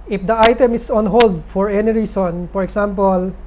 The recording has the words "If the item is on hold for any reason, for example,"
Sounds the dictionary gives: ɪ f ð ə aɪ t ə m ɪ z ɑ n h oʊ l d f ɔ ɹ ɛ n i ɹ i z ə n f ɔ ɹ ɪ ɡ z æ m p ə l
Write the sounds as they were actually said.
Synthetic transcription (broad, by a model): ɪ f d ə aɪ t ə m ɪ s ɑ n h oʊ l d f ɔ ɹ ɛ n i ɹ i s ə n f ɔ ɹ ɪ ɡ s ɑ m p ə l